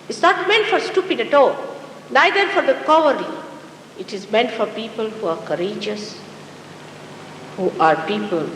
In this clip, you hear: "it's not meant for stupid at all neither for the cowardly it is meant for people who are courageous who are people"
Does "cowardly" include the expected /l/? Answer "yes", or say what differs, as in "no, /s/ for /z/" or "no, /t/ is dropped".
no, /l/ is dropped